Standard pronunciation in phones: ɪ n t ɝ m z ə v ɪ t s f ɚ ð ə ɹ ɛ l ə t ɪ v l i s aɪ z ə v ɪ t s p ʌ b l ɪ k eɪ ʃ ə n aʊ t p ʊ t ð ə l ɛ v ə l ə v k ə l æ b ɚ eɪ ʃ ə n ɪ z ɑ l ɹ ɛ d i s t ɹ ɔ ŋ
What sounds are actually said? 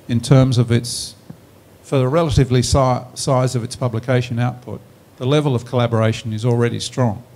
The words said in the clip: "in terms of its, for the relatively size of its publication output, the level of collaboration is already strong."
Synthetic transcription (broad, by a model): ɪ n t ɝ m z ə v ɪ t s f ɚ ð ə ɹ ɛ l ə t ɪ v l i s aɪ z ə v ɪ t s p ʌ b l ɪ k eɪ ʃ ə n aʊ t p ʊ t ð ə l ɛ v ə l ə v k ə l æ b ɚ eɪ ʃ ə n ɪ z l ɹ ɛ d i s t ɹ ɔ ŋ